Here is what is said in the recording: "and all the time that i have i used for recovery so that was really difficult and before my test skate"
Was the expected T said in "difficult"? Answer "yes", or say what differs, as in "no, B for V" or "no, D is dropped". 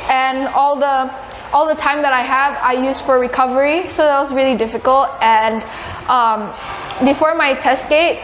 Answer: yes